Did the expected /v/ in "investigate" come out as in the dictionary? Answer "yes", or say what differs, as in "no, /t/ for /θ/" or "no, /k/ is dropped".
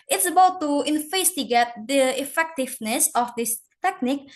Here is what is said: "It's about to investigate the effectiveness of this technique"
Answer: no, /f/ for /v/